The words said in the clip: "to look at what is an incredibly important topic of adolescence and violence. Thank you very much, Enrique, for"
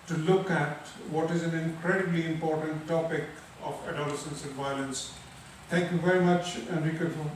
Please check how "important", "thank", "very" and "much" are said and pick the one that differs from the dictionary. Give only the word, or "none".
thank